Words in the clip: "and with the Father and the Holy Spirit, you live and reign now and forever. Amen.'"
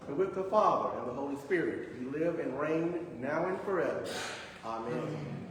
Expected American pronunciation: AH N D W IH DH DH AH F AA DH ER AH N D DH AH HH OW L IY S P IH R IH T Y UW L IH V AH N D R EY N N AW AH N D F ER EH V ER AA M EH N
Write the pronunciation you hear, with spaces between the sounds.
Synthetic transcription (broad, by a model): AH W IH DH DH AH F AA DH ER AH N DH AH HH OW L IY S P IH R IH T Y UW L IH V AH N R EY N N AW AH N F ER EH V ER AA M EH N